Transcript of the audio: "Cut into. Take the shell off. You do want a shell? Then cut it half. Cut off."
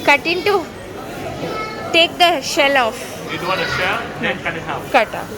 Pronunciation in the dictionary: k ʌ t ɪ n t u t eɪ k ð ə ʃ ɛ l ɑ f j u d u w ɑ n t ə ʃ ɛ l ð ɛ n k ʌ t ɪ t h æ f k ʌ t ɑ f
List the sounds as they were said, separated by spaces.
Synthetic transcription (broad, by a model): k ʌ t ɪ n t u t eɪ k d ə ʃ ɛ l ɑ f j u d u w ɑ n ə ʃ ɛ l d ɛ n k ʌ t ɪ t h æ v k ʌ t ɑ